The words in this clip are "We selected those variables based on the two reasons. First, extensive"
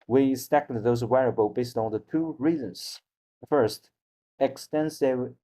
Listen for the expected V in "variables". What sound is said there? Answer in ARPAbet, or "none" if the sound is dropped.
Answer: W